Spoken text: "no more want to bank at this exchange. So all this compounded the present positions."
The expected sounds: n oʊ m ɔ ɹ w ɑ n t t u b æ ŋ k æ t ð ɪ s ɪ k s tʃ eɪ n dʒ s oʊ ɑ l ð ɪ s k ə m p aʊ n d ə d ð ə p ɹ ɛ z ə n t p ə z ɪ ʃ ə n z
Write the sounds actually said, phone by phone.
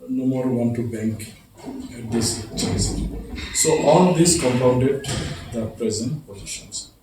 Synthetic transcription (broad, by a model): n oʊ m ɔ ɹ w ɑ n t t u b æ ŋ k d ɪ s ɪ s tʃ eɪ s s oʊ ɑ l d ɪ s k ə m p aʊ n d ə d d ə p ɹ ɛ z ə n t p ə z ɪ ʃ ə n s